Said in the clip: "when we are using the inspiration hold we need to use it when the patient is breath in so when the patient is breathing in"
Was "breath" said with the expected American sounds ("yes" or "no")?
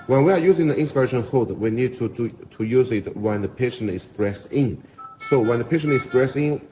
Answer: no